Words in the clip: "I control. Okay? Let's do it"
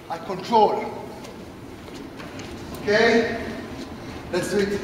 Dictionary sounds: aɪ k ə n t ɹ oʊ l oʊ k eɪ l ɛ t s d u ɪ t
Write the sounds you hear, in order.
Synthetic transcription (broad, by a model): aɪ k ə n t ɹ oʊ l oʊ k eɪ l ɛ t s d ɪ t